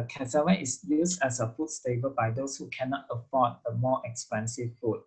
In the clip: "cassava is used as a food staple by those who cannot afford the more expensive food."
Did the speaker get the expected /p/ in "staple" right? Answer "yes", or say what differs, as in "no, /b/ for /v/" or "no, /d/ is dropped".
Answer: no, /b/ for /p/